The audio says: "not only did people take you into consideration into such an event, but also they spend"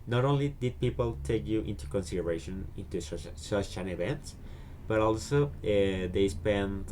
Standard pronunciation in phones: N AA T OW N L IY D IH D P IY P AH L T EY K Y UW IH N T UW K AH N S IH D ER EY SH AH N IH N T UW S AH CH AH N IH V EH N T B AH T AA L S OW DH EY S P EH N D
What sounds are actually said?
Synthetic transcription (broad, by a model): N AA T OW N L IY D IH D P IY P AH L T EY K Y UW IH N T UW K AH N S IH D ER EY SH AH N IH N T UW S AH SH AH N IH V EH N T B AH T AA L S OW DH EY S P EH N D